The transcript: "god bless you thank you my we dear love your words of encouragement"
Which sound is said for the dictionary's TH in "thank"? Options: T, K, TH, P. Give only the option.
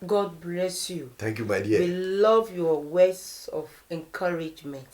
T